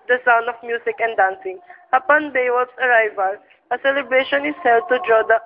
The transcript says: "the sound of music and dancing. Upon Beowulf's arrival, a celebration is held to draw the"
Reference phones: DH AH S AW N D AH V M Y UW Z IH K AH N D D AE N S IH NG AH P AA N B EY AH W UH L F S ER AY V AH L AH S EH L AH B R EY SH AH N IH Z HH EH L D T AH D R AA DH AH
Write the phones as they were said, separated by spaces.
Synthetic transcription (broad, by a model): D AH S AW N D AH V M Y UW S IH K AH N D D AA N S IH NG AH P AA N B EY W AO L S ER AY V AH L AH S EH L AH B R EY SH AH N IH S HH EH L D T AH D R AA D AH